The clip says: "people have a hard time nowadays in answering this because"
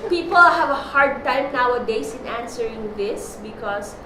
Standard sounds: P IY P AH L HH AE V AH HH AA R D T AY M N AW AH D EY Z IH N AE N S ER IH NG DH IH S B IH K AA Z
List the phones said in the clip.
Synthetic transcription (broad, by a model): P IY P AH L HH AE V AH HH AA R D T AY M N AW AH D EY S IH N AE N S ER IH NG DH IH S B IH K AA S